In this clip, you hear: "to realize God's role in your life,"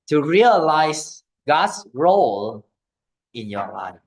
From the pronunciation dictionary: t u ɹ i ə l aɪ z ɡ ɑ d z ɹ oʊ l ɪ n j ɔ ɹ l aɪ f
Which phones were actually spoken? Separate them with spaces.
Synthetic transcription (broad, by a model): t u ɹ i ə l aɪ s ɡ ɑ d s ɹ oʊ l ɪ n j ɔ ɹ l aɪ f